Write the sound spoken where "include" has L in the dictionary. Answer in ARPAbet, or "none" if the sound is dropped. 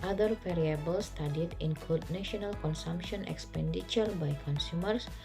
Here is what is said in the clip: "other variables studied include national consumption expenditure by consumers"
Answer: L